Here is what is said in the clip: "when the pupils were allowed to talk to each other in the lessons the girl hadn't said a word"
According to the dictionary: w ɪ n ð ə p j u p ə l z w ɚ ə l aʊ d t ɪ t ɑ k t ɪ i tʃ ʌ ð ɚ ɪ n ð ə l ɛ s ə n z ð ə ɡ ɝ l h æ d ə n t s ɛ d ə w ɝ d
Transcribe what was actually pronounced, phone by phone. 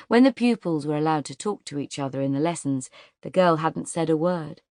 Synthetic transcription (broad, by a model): w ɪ n ð ə p j u p ə l z w ɚ ə l aʊ d t ɪ t ɑ k t ɪ i tʃ ʌ ð ɚ ɪ n ð ə l ɛ s n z ð ə ɡ ɝ l h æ d n t s ɛ d ə w ɝ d